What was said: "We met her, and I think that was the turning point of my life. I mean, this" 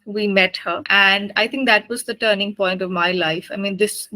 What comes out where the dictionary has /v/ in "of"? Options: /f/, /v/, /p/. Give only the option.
/v/